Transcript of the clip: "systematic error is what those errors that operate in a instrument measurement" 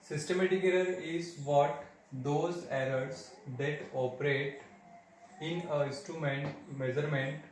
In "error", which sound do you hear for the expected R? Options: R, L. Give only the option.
L